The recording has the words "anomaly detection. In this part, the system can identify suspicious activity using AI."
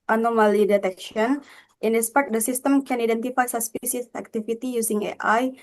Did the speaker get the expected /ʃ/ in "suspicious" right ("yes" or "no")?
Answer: no